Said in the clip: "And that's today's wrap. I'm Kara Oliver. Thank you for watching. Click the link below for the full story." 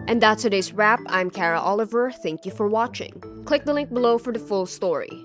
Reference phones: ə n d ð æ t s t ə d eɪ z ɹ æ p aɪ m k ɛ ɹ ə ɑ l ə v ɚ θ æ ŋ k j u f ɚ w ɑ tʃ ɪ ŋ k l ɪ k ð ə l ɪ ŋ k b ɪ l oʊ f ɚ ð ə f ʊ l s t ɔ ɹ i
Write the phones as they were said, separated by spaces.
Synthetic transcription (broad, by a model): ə n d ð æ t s t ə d eɪ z ɹ æ p aɪ m k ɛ ɹ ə ɑ l ə v ɚ θ æ ŋ k j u f ɚ w ɑ tʃ ɪ ŋ k l ɪ k ð ə l ɪ ŋ k b ɪ l oʊ f ɚ ð ə f ʊ l s t ɔ ɹ i